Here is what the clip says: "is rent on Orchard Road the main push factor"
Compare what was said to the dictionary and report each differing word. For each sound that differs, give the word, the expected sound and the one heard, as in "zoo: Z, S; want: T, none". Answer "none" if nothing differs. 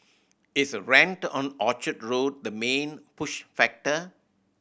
is: Z, S